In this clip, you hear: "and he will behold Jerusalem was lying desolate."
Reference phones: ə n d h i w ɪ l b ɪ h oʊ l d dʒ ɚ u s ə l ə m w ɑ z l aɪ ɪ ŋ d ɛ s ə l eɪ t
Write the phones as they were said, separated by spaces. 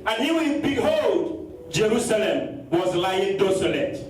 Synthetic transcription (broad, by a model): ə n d h i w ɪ n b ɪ h oʊ l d dʒ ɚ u s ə l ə m w ɑ z l aɪ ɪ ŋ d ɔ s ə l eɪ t